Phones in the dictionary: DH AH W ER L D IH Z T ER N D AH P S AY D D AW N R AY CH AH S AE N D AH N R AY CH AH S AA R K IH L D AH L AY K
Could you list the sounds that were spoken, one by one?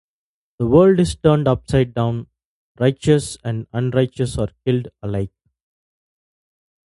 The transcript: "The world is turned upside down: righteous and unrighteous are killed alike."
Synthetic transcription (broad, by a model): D AH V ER L D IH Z T ER N D AH P S AY D D AW N R AY CH AH S AE N D AH N R AY CH AH S AA R K IH L D AH L AY K